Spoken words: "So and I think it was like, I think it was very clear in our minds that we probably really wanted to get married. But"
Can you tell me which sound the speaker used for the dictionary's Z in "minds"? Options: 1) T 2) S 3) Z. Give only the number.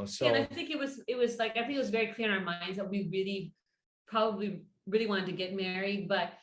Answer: 3